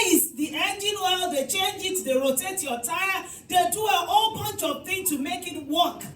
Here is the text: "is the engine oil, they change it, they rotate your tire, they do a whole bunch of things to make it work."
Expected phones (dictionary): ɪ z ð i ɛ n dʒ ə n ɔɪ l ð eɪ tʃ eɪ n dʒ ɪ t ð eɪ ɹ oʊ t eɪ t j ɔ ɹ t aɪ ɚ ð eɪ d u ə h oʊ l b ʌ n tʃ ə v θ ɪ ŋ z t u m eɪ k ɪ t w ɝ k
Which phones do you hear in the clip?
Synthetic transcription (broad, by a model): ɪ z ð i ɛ n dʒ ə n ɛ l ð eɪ tʃ eɪ n dʒ ɪ t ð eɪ ɹ oʊ t eɪ t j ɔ t aɪ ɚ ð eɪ d u ə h oʊ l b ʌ n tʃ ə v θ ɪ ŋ t u m eɪ k ɪ t w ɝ k